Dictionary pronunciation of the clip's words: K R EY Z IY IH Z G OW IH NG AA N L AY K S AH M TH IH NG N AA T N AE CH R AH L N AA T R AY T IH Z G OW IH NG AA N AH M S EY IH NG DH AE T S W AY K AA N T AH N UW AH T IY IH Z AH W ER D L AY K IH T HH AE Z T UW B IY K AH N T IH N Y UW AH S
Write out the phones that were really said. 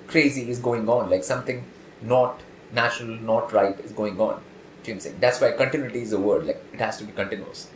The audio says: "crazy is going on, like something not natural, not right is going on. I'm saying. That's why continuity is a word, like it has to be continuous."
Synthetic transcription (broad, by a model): K R EY Z IY IH Z G OW IH NG AA N L AY K S AH M T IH NG N AA T N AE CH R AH L N AA T R AY T IH Z G OW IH NG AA N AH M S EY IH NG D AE T S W AY K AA N T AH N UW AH T IY IH Z AH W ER D L AY K IH T HH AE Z T UW B IY K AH N T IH N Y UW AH S